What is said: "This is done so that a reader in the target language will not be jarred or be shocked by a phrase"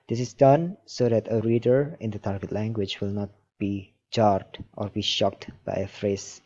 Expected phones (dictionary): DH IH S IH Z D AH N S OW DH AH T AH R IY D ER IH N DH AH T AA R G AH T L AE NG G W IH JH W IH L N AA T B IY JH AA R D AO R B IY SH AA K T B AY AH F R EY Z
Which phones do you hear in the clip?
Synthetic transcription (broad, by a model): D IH S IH S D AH N S OW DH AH T AH R IY D ER IH N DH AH T AA R G AH T L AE NG G W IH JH W IH L N AA T B IY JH AA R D AO R B IY SH AA K T B AY AH F R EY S